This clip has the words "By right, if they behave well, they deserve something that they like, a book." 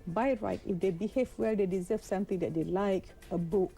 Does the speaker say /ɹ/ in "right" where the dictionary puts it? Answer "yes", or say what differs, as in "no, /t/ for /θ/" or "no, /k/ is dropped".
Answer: yes